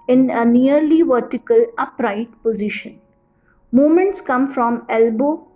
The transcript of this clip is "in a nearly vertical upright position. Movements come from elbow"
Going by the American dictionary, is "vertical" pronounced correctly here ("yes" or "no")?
yes